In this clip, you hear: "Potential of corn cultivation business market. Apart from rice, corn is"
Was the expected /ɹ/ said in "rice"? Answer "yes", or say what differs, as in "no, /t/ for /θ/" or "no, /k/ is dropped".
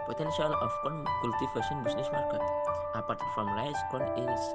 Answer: no, /l/ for /ɹ/